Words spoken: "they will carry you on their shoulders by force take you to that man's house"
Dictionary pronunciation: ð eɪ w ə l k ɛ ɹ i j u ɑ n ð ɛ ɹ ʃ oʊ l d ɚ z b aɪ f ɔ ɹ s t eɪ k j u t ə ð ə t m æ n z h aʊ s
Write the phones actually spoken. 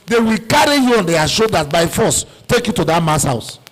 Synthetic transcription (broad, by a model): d eɪ w ə l k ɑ ɹ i j u ɑ n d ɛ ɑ ʃ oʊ d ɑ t b aɪ f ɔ s t eɪ k j u t ə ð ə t m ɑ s h aʊ s